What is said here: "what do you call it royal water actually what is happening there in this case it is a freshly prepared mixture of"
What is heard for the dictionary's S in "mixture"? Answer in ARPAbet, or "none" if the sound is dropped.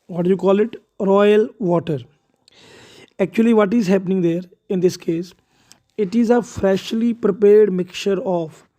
none